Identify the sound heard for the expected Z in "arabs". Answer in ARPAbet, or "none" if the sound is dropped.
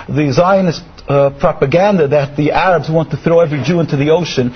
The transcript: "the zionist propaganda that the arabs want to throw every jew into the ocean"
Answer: Z